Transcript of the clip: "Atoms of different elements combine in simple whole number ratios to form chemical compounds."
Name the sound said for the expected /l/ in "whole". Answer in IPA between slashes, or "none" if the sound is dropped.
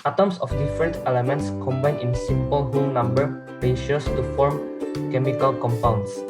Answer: /n/